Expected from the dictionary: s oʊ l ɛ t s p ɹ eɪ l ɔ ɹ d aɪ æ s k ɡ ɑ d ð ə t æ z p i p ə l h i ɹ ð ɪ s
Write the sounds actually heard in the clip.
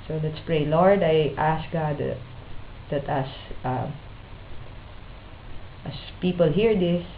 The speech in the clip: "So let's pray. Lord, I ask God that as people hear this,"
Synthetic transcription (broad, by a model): s oʊ l ɛ t s p ɹ eɪ l ɔ ɹ d aɪ æ s k ɡ ɑ d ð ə t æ s p i p ə l h i ɹ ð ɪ s